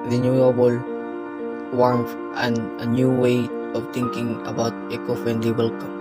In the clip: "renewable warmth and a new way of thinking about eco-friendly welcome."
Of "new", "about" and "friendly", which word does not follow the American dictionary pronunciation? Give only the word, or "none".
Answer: friendly